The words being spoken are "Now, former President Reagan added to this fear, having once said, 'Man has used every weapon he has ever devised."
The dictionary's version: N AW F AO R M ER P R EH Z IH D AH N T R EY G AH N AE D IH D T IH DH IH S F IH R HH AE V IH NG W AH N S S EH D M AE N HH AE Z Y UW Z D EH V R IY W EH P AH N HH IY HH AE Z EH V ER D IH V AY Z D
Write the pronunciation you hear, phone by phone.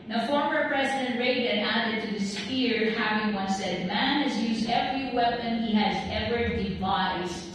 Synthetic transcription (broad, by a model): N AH F AO R M ER P R EH Z IH D AH N T R EY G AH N AE D IH D T IH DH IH S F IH R HH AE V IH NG W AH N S S EH D M AE N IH Z Y UW Z D EH V R IY W EH P AH N HH IY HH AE Z EH V ER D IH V AY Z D